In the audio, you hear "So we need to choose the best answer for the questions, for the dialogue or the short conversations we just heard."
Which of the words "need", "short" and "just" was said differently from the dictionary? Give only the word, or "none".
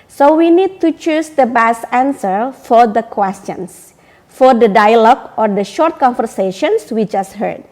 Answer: none